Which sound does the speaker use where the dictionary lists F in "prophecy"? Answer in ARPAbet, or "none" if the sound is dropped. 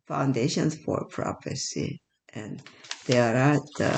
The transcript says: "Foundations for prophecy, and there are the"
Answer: P